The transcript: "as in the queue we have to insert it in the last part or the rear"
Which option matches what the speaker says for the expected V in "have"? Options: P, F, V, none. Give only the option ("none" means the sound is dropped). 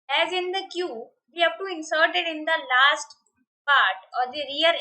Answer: P